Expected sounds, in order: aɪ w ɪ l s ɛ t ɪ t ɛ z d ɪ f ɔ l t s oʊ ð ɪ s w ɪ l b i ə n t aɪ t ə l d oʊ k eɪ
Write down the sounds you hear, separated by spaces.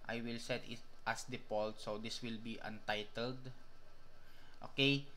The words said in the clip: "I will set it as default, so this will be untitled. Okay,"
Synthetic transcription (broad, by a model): aɪ w ɪ l s ɛ t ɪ t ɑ s d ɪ p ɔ l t s oʊ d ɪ s w ɪ l b i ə n t aɪ t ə l d oʊ k eɪ